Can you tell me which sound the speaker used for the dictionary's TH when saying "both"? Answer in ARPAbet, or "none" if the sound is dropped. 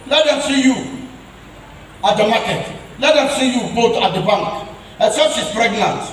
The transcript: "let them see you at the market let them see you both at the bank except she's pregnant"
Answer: T